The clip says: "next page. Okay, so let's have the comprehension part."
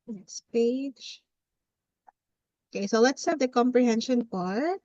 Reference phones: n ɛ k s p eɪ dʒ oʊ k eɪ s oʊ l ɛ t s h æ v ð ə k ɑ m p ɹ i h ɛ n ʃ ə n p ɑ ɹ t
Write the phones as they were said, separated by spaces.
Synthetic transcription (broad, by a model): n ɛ k s p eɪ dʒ oʊ k eɪ s oʊ l ɛ t s h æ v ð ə k ɑ m p ɹ i h ɛ n ʃ ə n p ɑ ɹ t